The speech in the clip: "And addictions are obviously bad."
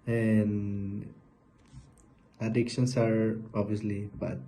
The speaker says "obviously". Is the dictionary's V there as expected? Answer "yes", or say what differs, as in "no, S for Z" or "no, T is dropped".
no, V is dropped